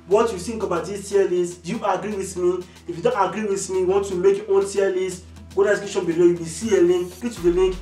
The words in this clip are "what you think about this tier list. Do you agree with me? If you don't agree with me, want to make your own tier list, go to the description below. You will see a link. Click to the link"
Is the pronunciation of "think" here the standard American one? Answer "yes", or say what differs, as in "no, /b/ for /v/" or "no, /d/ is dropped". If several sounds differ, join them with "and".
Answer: no, /s/ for /θ/